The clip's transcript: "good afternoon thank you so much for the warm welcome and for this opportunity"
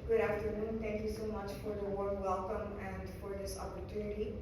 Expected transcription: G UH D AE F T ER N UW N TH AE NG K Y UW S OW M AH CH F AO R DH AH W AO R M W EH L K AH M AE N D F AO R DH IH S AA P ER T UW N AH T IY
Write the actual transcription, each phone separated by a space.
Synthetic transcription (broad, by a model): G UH D AE F T ER N UW N T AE NG K Y UW S OW M AH CH F AO R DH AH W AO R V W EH L K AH M AE N D F AO R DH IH S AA P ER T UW N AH T IY